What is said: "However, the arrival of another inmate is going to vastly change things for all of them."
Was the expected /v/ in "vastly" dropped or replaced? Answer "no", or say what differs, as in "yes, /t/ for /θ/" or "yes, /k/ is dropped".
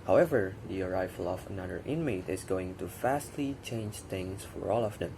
yes, /f/ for /v/